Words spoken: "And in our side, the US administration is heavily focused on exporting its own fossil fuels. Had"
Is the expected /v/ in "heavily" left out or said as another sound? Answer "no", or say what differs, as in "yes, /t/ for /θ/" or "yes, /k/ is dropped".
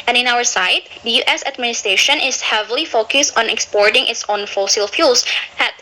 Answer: no